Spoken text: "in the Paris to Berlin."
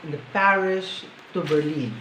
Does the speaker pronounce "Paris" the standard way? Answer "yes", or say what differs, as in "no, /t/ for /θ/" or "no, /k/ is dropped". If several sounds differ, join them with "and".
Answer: no, /ʃ/ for /s/